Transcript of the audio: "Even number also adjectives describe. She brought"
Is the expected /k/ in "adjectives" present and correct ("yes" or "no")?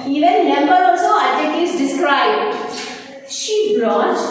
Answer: no